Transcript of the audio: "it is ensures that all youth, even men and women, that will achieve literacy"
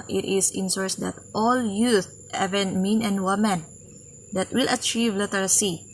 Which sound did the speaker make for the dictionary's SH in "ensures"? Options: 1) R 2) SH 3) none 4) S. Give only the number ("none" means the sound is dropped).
4